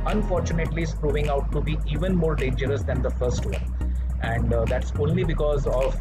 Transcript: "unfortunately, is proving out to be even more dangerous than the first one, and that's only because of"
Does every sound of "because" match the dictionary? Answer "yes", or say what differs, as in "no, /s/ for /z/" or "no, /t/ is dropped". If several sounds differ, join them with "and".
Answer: yes